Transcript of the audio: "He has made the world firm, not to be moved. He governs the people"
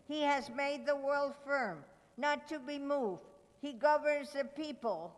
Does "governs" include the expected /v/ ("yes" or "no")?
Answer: yes